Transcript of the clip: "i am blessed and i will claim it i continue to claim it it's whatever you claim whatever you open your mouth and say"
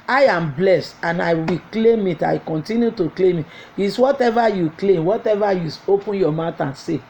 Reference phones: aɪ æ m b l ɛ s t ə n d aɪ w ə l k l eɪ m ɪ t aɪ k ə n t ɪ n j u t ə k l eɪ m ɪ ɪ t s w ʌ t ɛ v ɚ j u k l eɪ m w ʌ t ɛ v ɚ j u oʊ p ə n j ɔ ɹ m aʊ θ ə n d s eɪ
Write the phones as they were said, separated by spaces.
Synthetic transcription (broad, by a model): aɪ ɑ m b l ɛ s t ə n aɪ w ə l k l eɪ m ɪ t aɪ k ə n t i n j u t ə k l eɪ m ɪ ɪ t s w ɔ t ɛ v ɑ j u k l eɪ m w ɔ t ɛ v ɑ j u oʊ p ə n j ɔ m aʊ t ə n s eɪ